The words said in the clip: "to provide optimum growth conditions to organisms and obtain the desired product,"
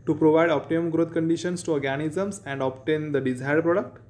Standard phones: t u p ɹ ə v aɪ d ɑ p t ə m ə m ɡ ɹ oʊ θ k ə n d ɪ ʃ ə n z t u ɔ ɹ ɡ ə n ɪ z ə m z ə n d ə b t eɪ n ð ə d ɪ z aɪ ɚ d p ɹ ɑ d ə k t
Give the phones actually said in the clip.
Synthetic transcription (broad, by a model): t u p ɹ ə v aɪ d ɑ p t ə m ə m ɡ ɹ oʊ t k ə n d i ʃ ə n s t u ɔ ɹ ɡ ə n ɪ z ə m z ə n d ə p t eɪ n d ə d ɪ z aɪ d p ɹ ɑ d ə k t